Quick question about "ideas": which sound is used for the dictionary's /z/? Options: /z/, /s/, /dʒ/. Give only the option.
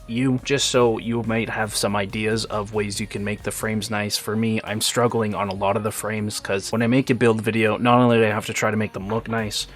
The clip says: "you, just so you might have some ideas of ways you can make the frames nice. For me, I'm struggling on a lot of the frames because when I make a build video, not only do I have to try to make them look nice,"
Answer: /z/